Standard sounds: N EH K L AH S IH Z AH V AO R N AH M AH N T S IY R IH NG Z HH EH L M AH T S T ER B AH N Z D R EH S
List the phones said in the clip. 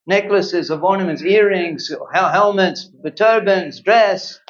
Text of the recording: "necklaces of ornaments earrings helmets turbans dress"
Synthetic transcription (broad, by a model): N EH K L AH S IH Z AH V AO R N AH M AH N T S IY R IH NG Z HH EH L M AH T S T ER B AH N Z D R EH S